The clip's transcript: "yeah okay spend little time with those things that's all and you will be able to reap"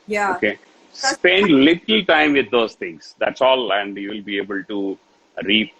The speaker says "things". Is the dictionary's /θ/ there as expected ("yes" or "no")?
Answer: no